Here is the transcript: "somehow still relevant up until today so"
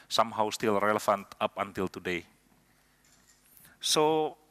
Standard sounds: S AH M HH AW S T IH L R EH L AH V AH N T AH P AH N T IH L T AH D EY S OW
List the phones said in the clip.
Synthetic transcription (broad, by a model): S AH M HH AW S T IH L R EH L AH F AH N T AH P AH N T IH L T AH D EY S OW